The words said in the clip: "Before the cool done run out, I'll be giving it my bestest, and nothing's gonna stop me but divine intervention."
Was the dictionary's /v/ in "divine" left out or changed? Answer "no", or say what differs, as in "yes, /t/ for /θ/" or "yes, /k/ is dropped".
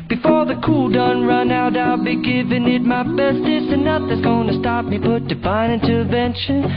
yes, /b/ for /v/